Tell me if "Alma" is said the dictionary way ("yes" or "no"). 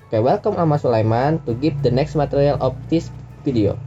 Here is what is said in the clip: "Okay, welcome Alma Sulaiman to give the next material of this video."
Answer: no